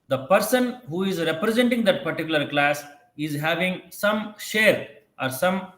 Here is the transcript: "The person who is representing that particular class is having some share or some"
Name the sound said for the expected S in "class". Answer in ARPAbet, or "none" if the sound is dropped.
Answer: S